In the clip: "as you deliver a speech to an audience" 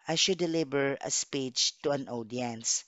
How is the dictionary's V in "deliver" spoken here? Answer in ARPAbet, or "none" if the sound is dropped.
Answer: B